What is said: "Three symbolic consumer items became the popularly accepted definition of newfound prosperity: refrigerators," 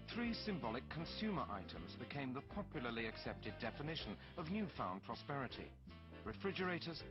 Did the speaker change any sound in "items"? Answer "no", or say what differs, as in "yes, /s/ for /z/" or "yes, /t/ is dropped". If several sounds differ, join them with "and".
no